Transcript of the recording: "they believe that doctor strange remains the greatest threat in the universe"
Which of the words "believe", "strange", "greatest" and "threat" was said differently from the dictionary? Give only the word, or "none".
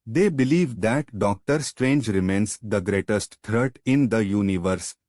threat